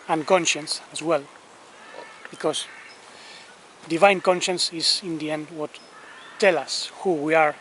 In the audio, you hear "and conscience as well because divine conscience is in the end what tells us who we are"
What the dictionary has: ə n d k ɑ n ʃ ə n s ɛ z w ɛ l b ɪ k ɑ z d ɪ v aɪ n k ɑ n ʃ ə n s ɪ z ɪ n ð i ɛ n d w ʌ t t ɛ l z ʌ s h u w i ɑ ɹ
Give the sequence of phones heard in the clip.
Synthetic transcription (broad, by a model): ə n k ɑ n ʃ ə n s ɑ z w ɛ l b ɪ k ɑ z d ɪ v aɪ n k ɑ n ʃ ə n s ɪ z ɪ n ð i ɛ n d w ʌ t t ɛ l ʌ s h u w i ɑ ɹ